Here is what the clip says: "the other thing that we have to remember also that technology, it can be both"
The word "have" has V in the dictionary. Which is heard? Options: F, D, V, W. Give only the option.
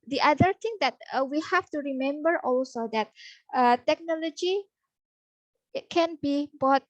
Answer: F